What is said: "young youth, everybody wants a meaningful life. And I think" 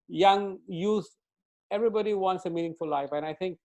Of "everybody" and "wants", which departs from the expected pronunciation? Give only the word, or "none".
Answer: none